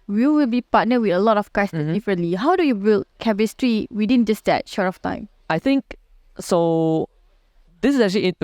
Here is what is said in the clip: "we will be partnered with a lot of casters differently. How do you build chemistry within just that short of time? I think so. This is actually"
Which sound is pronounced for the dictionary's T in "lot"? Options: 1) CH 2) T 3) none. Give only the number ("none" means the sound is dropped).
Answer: 2